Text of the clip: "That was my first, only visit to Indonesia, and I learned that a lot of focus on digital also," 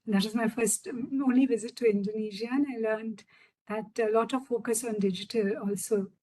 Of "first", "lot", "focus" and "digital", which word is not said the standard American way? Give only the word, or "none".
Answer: none